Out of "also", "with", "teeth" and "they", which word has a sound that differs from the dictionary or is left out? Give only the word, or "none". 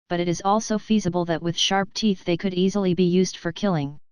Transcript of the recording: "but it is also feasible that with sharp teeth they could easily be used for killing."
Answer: none